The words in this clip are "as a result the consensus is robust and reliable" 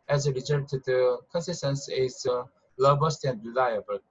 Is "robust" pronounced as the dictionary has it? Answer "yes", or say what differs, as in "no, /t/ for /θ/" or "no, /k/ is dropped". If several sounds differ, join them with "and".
no, /l/ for /ɹ/